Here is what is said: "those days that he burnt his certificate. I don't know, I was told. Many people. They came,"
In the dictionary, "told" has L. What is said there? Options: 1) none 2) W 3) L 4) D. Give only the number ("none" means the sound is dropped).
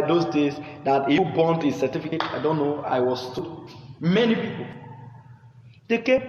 1